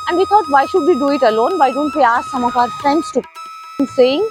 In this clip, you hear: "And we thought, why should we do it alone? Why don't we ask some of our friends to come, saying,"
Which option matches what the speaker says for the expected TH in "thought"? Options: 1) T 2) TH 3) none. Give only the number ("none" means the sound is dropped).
1